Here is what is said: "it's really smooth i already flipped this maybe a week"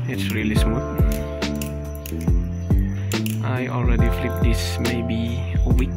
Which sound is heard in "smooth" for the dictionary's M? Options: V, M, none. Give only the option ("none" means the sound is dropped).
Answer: none